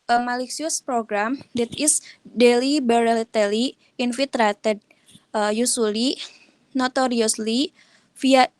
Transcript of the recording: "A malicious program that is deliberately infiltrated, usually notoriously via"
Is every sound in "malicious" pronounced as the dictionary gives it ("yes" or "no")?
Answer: no